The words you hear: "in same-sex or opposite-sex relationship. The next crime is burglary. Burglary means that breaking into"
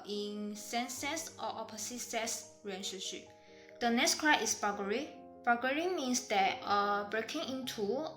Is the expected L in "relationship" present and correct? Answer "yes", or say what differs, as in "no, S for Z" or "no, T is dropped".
no, L is dropped